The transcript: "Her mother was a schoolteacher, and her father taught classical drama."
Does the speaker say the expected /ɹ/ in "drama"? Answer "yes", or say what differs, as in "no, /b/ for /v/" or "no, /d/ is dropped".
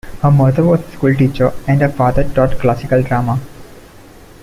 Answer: yes